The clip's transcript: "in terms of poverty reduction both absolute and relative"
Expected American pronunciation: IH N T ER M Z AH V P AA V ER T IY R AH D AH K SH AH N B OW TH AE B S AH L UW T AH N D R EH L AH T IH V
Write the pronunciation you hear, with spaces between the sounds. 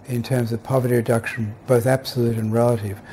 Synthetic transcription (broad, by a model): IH N T ER M Z AH V P AA V ER T IY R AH D AH K SH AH N B OW TH AE B S AH L UW T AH N R EH L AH T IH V